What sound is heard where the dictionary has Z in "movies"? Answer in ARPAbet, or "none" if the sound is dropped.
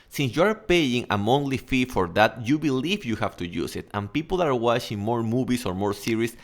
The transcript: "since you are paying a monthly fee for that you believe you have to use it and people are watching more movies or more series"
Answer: S